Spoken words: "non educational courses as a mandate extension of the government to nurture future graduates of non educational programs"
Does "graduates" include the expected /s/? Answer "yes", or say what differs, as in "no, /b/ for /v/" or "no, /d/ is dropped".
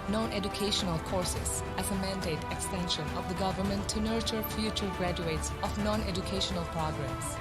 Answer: yes